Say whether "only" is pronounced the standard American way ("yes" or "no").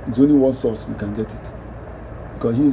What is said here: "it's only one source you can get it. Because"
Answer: yes